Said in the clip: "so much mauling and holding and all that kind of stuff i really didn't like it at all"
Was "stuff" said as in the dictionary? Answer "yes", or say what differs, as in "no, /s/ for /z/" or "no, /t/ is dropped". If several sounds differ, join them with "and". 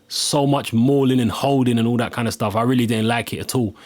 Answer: yes